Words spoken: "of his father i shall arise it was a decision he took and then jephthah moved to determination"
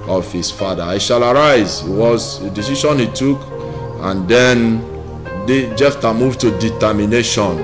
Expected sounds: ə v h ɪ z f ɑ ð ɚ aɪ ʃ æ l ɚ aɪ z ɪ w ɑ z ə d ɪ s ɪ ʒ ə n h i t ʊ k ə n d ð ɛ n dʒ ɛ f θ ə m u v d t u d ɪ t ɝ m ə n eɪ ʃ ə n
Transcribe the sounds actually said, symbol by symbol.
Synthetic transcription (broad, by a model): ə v h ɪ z f ɑ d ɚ aɪ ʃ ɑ l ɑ aɪ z ɪ w ɑ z ə d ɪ s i ʃ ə n h i t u k ə n d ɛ n dʒ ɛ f t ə m u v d t u d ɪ t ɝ m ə n eɪ ʃ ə n